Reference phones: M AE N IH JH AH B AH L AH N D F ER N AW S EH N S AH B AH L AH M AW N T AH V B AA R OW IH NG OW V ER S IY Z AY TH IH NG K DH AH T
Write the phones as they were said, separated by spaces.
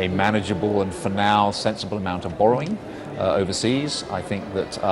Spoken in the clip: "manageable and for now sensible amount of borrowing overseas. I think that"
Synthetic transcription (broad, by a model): M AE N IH JH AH B AH L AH N F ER N AW S EH N S AH B AH L AH M AW N T AH V B AA R OW IH NG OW V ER S IY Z AY TH IH NG K DH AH T